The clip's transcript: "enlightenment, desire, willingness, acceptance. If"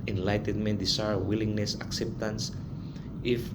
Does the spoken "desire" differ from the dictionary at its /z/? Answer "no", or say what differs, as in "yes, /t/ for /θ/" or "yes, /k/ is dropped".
yes, /s/ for /z/